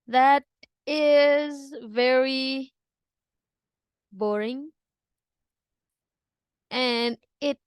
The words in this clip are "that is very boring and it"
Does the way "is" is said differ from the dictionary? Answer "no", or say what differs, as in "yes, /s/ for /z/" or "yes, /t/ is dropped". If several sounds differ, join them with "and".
no